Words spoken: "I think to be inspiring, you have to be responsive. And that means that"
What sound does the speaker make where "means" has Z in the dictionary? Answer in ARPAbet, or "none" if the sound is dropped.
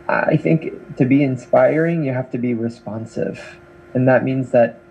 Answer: Z